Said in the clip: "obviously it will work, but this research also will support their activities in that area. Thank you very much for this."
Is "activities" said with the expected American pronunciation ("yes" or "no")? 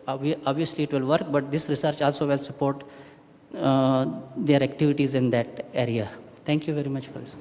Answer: yes